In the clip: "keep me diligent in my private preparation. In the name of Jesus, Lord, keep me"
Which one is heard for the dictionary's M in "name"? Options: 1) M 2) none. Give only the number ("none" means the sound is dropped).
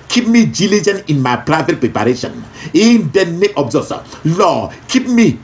2